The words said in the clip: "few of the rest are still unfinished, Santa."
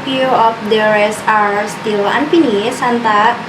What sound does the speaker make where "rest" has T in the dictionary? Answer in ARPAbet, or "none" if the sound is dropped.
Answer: none